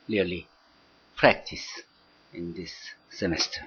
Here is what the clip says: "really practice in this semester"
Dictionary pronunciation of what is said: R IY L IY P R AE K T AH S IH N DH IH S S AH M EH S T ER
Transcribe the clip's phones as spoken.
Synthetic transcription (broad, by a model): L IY L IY P R AE K T AH S IH N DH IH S S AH M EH S T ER